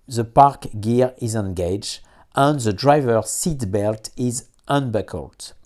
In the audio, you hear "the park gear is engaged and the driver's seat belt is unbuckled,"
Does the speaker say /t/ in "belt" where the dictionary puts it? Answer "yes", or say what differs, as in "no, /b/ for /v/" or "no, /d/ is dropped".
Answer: yes